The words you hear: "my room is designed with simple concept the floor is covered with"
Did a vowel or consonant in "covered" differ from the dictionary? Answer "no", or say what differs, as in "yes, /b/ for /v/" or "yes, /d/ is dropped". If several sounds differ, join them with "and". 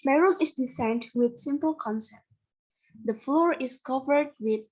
no